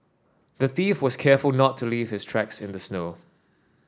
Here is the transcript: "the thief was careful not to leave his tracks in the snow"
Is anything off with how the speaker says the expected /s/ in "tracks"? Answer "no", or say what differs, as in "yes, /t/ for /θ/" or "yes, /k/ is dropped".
no